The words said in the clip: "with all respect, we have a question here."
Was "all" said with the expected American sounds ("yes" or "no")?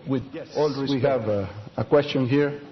yes